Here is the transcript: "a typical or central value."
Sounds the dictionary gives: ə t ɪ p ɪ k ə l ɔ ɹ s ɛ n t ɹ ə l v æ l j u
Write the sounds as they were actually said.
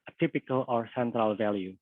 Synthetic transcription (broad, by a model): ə t ɪ p ɪ k ə l ɔ ɹ s ɛ n t ɹ ə l v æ l j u